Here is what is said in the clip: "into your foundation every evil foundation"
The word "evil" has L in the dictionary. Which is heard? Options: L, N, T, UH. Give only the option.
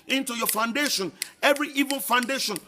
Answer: N